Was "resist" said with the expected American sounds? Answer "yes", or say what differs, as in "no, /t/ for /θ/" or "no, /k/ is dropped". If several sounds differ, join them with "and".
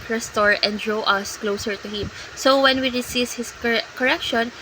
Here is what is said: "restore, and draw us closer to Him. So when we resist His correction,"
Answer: no, /s/ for /z/